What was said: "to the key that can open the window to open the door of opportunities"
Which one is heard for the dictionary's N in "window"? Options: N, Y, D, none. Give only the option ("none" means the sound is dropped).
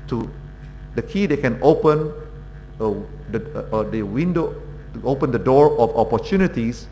none